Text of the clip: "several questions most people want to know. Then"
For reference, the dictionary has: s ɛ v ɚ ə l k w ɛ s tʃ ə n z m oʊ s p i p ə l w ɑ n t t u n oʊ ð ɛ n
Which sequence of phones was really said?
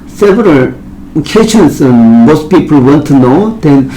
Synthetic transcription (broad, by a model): s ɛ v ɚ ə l k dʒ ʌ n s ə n m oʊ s p i p ə l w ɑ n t t u n oʊ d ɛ n